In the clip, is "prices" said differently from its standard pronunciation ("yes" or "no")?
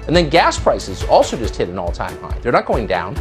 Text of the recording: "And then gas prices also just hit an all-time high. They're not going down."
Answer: no